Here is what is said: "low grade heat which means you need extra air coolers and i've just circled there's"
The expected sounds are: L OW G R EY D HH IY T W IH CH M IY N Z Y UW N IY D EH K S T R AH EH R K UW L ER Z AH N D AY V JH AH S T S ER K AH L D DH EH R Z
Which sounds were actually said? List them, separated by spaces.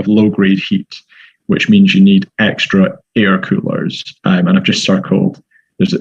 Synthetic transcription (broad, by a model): L OW G R EY D HH IY T W IH CH M IY N Z Y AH N IY D EH K S T R AH EH R K UW L ER Z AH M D AY V JH AH S T S ER K AH L D DH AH R Z